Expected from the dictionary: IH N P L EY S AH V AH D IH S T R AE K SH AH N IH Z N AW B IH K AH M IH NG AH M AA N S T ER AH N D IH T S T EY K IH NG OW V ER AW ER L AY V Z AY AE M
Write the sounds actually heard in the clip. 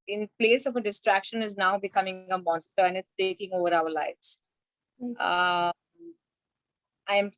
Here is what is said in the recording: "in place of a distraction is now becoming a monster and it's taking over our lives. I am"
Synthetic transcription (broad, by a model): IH N P L EY S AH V AH D IH S T R AE K SH AH N IH Z N AW B IH K AH M IH NG AH M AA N T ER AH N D IH T S T EY K IH NG OW V ER AW ER L AY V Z AY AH M